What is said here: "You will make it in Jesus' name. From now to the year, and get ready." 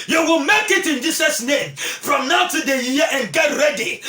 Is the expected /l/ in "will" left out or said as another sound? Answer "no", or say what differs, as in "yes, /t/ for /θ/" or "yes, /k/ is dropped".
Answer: no